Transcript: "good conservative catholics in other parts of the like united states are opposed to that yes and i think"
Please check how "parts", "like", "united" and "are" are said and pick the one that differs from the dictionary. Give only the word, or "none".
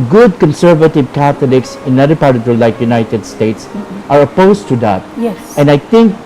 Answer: parts